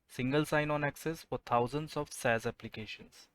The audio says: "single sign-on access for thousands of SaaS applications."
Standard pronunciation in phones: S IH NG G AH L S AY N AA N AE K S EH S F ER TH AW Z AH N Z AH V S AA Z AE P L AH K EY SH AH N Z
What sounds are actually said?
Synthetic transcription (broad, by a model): S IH NG G AH L S AY N AA N AE K S EH S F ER T AW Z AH N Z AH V S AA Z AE P L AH K EY SH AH N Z